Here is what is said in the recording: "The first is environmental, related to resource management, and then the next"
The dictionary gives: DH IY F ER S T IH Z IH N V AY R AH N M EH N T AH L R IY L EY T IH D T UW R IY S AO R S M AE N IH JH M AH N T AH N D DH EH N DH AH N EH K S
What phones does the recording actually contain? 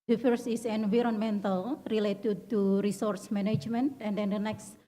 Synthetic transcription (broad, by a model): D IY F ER S IH S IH N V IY R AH N M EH N T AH L R IY L EY T IH D T UW R IY S AO R S M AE N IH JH M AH N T AH N D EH N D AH N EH K S